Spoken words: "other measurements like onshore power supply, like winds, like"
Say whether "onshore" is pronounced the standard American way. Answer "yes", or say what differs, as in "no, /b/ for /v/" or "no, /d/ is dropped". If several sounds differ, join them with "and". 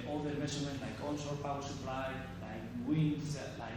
no, /s/ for /ʃ/